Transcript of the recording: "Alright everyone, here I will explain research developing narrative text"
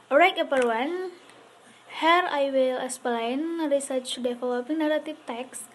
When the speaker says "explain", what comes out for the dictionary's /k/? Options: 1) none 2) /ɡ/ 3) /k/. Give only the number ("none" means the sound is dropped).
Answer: 1